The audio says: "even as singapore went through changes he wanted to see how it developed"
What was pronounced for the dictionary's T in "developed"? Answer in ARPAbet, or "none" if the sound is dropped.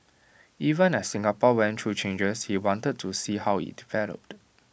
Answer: T